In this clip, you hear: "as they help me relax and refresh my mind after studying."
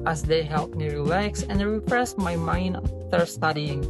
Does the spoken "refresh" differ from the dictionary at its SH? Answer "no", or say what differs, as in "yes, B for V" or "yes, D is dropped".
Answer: yes, S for SH